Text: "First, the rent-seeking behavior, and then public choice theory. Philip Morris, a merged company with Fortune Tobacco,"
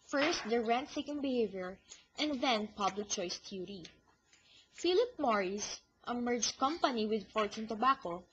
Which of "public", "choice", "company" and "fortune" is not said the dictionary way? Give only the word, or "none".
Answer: fortune